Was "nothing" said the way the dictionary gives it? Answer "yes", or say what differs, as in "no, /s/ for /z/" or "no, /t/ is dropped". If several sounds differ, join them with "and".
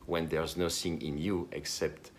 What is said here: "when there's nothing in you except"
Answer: no, /s/ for /θ/